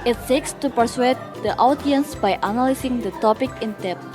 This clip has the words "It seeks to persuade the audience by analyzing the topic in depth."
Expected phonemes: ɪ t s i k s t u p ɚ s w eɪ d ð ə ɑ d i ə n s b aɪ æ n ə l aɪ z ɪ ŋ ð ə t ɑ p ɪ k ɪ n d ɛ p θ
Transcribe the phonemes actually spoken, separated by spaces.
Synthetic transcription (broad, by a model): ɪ t s i k s t u p ɚ s w eɪ d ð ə ɑ d i ə n s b aɪ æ n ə l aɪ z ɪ ŋ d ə t ɑ p ɪ k ɪ n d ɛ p